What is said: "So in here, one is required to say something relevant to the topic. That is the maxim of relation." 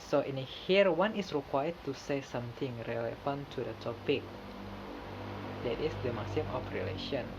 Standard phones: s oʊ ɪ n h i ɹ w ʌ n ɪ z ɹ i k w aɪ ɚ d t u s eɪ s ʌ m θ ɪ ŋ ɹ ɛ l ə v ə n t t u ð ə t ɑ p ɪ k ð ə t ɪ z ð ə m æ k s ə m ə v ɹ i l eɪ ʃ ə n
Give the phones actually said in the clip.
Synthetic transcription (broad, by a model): s oʊ ɪ n h i ɹ w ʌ n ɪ s ɹ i k w aɪ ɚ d t u s eɪ s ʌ m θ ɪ ŋ ɹ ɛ l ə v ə n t t u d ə t ɑ p ɪ k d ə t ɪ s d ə m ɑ s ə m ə f ɹ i l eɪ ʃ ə n